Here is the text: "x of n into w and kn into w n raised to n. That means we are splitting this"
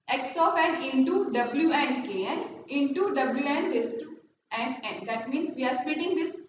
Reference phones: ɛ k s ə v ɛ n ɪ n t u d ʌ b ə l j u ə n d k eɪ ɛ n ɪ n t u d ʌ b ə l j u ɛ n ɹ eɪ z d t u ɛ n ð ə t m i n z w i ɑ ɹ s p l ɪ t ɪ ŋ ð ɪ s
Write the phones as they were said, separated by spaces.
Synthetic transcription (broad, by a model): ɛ k s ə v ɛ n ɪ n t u d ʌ b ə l j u ə n d k eɪ ɛ n ɪ n t u d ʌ b l j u ɛ n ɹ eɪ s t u ɛ n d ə t m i n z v i ɑ ɹ s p ɪ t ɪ ŋ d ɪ s